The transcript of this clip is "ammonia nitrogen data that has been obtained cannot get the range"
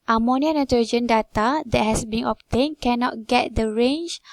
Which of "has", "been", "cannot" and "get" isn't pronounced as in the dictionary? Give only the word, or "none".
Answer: has